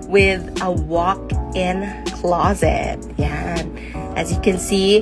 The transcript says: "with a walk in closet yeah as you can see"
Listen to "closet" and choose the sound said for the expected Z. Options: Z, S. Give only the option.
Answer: Z